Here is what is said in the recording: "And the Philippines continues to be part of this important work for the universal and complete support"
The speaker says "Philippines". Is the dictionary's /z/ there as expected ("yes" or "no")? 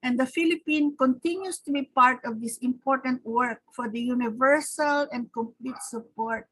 no